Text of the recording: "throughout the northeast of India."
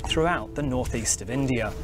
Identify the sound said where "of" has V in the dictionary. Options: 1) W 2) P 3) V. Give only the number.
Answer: 3